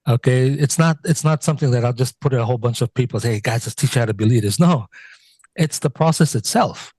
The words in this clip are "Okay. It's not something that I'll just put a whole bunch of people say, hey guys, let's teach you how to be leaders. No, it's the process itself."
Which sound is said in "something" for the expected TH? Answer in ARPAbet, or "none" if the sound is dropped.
TH